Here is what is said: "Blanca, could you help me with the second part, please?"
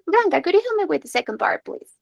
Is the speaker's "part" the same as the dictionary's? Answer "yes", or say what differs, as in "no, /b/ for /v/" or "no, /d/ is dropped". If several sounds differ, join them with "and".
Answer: no, /b/ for /p/